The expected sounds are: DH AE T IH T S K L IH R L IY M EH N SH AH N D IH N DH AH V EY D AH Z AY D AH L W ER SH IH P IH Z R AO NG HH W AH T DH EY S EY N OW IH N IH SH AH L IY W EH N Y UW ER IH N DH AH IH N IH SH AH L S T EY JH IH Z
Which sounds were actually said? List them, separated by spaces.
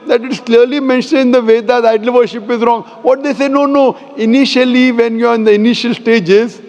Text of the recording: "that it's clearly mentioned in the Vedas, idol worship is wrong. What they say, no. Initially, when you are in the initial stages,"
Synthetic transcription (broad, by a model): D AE T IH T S K L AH R L IY M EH N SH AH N IH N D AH V EY D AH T AY D AH L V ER SH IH P IH Z R AO NG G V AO T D EY S EY N OW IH N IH SH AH L IY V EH N Y UW ER IH N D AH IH N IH SH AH L S T EY JH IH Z